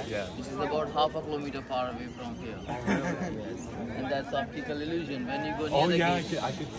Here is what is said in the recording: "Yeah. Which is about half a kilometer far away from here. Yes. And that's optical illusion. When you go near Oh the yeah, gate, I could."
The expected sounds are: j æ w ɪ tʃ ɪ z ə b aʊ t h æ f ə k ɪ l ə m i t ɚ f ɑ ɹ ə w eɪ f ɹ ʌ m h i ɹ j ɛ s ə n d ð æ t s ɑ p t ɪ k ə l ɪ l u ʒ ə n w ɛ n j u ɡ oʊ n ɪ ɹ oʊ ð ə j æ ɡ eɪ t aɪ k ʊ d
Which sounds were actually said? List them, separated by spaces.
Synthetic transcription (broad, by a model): j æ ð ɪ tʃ ɪ z ə b aʊ t h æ f ə k ɪ l ə m i t ɚ p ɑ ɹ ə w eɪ f ɹ ʌ m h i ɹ j ɛ s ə n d ð æ t s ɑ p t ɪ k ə l ɪ l u ʒ ə n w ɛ n j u ɡ oʊ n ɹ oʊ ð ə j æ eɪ aɪ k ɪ